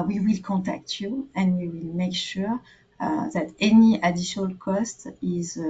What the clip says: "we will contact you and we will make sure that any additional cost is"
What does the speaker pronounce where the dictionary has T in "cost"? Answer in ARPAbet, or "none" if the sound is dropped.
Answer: T